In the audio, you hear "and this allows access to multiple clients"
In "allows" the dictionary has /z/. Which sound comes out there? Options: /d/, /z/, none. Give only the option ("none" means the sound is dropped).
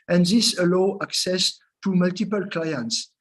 none